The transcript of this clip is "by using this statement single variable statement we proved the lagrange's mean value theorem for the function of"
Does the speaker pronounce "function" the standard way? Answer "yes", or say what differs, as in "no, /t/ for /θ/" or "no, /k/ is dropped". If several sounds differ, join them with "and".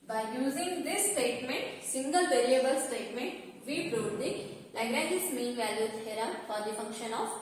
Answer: yes